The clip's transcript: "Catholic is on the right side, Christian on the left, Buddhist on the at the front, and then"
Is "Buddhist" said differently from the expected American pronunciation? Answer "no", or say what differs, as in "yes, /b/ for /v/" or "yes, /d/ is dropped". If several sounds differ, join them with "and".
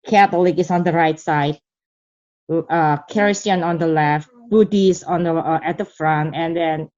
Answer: yes, /t/ is dropped